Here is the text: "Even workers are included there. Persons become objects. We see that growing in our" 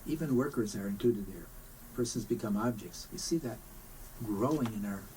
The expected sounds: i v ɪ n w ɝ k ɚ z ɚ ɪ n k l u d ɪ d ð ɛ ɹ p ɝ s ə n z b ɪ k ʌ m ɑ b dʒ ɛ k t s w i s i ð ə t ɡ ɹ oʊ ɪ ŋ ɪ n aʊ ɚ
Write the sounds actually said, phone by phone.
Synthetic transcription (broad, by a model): i v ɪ n w ɝ k ɚ z ɚ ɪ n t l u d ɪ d ð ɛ ɹ p ɝ s ə n z b ɪ k ʌ m ɑ b dʒ ɛ k t s w i s i ð ə t ɡ ɹ oʊ ɪ ŋ ɪ n aʊ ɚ